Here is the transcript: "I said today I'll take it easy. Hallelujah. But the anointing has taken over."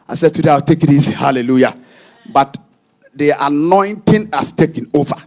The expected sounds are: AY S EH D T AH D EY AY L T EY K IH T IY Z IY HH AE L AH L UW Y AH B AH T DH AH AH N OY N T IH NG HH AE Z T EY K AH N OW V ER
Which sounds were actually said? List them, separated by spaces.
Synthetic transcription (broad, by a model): AY S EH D T AH D EY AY W T EY K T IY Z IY HH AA L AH L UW Y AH B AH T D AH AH N OY N T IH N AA S T EY K AH N OW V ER